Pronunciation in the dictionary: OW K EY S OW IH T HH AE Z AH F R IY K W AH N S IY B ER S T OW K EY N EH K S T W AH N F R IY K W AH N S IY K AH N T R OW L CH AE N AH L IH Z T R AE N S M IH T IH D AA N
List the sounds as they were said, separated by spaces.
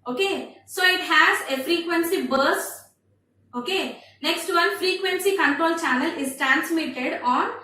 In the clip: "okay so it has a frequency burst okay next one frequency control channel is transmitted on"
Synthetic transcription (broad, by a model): OW K EY S OW IH T HH AE Z AH F R IY K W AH N S IY B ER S OW K EY N EH K S T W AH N F R IY K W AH N S IY K AH N T R OW L CH AE N AH L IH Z T R AE N S M IH T IH D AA N